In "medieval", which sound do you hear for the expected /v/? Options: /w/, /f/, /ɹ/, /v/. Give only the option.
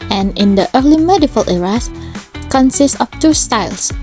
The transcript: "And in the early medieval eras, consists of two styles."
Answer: /f/